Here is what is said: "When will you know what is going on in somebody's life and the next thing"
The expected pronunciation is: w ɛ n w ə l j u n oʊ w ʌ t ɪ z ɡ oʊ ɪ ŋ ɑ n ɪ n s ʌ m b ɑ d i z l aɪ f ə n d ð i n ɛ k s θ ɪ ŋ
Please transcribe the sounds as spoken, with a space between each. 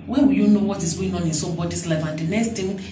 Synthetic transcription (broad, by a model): w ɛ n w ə j u n oʊ w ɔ t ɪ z ɡ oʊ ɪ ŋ ɑ n ɪ n s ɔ b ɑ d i s l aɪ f ə n d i n ɛ k s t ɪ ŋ